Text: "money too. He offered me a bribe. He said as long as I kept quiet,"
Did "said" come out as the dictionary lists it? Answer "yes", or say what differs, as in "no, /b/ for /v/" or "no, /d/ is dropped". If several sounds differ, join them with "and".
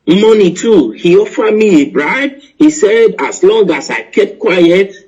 yes